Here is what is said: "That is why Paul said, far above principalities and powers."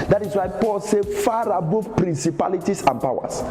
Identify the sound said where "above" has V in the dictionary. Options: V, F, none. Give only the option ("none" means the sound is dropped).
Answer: F